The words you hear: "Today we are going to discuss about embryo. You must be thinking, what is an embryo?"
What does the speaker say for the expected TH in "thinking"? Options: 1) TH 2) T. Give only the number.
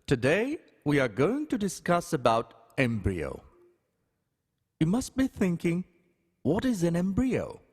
1